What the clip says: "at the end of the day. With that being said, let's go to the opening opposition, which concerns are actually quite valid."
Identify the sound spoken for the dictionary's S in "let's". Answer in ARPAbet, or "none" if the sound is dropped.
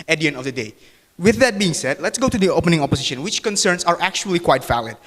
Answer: S